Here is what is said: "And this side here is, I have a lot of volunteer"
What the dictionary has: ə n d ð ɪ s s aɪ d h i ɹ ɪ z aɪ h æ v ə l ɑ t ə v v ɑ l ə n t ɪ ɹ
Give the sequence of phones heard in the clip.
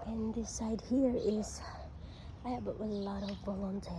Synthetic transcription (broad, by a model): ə n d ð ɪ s s aɪ d h i ɹ ɪ z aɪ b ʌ w ə l ɑ t ə v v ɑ l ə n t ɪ